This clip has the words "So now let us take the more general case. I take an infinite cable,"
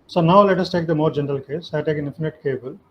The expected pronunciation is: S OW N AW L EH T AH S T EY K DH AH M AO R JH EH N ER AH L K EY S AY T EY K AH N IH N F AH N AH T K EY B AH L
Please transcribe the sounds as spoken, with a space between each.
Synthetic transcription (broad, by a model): S OW N AW L EH T AH S T EY K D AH M AO R JH EH N ER AH L K EY S AY T EY K AH N IH N F AH N AH T K EY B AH L